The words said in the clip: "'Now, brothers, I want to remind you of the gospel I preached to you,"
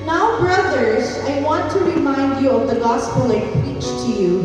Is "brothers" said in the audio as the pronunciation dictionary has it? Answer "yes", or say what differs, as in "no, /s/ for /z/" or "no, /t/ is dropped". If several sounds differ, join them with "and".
yes